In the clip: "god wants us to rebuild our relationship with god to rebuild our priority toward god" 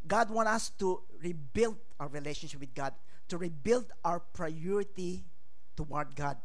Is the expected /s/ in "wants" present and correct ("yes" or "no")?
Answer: no